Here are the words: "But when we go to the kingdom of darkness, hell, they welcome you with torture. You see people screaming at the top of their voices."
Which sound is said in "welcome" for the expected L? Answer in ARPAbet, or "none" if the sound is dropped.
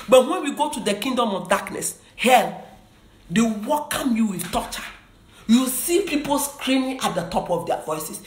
none